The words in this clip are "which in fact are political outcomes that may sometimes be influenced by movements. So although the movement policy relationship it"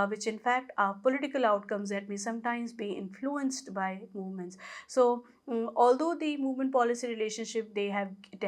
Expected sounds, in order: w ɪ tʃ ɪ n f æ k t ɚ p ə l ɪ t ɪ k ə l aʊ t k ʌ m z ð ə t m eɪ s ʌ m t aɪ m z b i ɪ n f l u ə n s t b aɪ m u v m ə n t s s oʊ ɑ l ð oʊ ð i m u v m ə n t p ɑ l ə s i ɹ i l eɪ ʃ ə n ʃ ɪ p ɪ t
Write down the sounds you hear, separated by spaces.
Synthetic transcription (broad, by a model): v ɪ tʃ ɪ n f æ k t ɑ p ə l ɪ t ɪ k ə l aʊ t k ʌ m z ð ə t m eɪ s ʌ m t aɪ m z b i ɪ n f l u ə n s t b aɪ m u v m ə n t s s oʊ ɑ l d oʊ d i m u v m ə n t p ɑ l ə s i ɹ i l eɪ ʃ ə n ʃ ɪ p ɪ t